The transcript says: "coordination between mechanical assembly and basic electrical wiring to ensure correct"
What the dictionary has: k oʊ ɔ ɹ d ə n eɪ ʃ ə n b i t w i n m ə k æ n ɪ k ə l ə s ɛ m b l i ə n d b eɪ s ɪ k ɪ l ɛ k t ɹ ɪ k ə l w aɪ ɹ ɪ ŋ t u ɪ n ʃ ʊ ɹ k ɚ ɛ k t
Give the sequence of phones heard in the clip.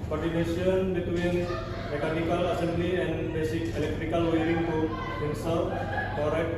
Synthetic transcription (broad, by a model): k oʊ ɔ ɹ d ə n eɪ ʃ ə n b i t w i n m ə k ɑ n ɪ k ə l ə s ɛ m b l i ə n b eɪ s ɪ k ɪ l ɛ k t ɹ ɪ k ə l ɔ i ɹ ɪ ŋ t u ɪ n s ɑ l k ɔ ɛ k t